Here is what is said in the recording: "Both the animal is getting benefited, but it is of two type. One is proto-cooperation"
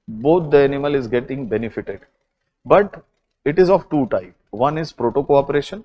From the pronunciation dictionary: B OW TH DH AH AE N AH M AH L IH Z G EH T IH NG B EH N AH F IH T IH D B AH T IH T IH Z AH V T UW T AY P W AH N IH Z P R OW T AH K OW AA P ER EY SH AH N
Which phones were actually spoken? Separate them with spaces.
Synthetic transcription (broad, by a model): B OW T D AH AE N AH M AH L IH Z G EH T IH NG B EH N AH F IH T IH D B AH T IH T IH Z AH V T UW T AY P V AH N IH Z P R OW T AH K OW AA P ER EY SH AH N